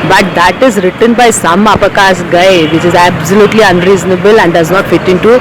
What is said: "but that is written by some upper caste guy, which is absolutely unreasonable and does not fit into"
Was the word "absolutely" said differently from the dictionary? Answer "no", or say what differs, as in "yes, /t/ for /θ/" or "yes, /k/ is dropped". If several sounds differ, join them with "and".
no